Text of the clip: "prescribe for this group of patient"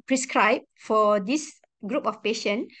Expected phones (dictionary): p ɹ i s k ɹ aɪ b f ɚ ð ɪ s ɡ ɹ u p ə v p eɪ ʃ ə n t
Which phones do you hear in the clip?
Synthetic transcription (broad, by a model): p ɹ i s k ɹ aɪ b f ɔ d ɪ s ɡ ɹ u p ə f p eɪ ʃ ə n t